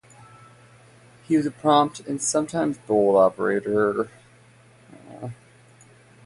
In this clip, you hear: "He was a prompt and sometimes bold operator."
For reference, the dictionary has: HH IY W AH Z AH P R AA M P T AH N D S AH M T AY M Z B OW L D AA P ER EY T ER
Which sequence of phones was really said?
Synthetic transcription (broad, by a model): HH IY W AH Z AH P R AA M P T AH N S AH M T AY M Z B OW L AA P ER EY T ER